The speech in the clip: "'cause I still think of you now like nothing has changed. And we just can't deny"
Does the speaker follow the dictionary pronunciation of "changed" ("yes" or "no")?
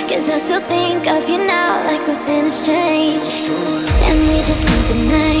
no